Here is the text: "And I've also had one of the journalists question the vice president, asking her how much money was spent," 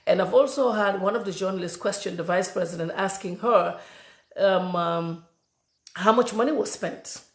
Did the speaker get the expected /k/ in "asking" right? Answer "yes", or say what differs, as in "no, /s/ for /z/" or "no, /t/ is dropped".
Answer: yes